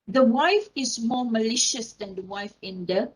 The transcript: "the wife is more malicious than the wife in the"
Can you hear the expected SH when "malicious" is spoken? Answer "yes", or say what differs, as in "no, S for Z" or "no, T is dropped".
yes